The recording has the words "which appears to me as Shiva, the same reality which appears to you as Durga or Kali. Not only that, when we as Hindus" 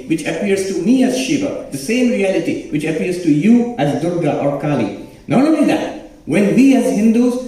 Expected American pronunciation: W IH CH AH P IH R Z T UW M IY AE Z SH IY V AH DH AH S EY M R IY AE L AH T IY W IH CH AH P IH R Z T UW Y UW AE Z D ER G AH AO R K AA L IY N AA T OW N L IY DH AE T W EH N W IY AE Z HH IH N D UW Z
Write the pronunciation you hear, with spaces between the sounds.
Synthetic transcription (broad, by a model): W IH CH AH P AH R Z T UW M IY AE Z SH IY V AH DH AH S EY M R IY AE L AH T IY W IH CH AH P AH R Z T UW Y UW AE Z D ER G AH AO R K AA L IY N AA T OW L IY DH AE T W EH N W IY AE Z HH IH N D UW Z